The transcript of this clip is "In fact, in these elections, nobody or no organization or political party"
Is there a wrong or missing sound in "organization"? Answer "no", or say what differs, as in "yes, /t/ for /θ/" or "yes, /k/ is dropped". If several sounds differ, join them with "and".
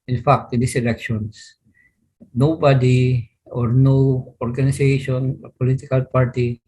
yes, /s/ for /z/